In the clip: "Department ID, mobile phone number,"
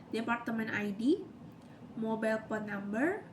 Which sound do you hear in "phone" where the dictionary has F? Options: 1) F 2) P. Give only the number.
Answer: 2